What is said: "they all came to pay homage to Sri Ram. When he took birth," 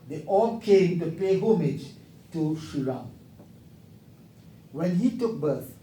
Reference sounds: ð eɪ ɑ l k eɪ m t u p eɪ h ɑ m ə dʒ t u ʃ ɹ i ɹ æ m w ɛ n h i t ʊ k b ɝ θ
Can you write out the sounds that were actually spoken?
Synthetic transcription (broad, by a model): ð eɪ ɑ l k eɪ m t u p eɪ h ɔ m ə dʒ t u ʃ i ɹ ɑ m w ɛ n h i t ʊ k b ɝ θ